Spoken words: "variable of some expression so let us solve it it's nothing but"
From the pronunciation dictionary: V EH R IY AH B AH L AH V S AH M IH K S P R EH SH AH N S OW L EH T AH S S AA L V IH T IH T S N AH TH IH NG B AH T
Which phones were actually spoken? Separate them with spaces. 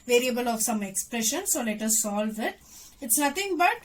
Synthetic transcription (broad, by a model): V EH R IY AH B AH L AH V S AH M IH K S P R EH SH AH N S OW L EH T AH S S AA L V IH T IH T S N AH T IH NG B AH T